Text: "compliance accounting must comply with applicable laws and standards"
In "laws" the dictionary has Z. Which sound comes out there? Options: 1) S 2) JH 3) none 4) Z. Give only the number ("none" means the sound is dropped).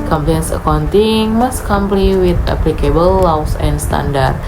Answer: 1